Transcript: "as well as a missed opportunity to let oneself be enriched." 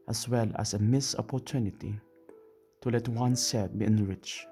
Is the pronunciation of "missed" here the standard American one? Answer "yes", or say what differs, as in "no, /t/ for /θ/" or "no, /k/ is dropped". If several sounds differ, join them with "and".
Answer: no, /t/ is dropped